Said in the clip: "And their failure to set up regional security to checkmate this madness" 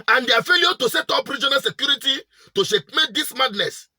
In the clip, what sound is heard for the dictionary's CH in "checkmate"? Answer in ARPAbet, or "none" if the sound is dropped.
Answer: SH